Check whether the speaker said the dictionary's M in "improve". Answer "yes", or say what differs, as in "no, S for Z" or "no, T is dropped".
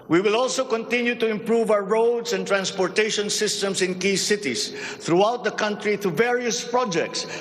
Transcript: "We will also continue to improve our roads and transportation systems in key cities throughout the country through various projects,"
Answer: yes